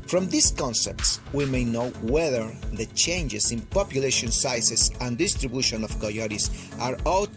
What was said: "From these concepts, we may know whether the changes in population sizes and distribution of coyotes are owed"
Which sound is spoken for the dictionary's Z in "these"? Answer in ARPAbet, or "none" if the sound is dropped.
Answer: S